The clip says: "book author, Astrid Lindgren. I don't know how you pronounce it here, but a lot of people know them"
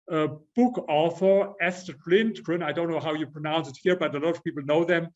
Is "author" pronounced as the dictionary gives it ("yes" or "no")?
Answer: yes